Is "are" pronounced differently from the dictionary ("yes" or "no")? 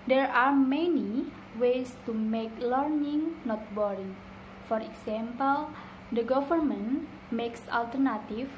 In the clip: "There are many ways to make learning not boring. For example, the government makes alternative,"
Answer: no